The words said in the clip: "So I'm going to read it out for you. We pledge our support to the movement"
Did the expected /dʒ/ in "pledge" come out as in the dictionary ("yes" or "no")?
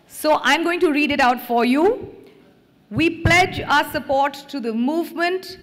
yes